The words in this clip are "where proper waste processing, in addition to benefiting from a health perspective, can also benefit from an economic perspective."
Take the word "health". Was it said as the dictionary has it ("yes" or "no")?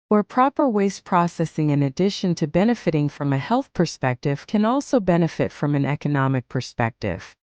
yes